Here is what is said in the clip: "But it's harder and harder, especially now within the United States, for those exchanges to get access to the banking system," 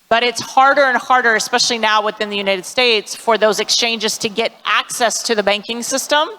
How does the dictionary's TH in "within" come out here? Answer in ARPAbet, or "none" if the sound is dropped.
TH